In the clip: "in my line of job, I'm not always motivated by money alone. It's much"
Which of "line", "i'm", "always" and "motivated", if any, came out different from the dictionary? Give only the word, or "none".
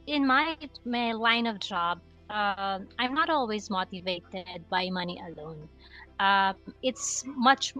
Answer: none